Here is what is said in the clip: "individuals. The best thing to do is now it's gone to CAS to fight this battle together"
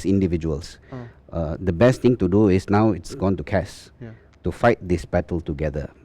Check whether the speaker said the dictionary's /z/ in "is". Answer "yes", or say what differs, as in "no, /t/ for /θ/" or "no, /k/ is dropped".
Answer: no, /s/ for /z/